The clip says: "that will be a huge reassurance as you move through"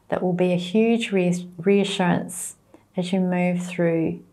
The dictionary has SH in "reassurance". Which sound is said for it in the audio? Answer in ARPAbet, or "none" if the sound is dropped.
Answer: SH